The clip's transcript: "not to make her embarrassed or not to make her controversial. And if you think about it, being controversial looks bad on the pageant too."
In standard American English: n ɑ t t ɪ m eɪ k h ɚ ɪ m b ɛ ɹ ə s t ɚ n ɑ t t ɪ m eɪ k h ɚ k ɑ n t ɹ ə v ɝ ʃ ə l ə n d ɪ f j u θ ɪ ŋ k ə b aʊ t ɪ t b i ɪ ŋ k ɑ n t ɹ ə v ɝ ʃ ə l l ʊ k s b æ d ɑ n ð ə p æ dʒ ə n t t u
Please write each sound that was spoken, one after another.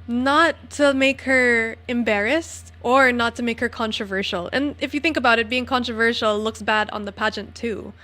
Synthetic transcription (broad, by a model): n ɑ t t ɪ m eɪ k h ɚ ɪ m b ɛ ɹ ə s t ɚ n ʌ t t ɪ m eɪ k h ɚ k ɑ n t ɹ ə v ɝ ʃ l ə n ɪ f j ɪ θ ɪ ŋ k ə b aʊ t ɪ t b i ɪ ŋ k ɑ n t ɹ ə v ɝ ʃ l l ʊ k s b æ d n ð ə p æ dʒ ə n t t u